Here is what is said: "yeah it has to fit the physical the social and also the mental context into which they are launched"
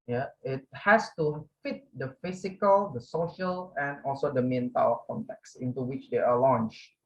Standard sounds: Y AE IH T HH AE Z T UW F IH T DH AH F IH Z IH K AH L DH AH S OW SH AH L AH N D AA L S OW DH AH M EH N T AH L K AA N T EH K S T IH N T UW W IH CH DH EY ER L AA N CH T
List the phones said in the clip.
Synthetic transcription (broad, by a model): Y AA IH T HH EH S T UW F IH T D AH F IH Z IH K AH L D AH S OW SH AH L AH N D AA L S OW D AH M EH N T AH W K AA N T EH K S IH N T UW W IH CH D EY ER L AA N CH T